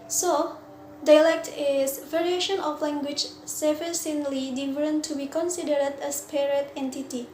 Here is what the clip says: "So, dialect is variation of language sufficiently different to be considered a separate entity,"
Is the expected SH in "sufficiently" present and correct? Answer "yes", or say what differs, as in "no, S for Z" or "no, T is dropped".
no, S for SH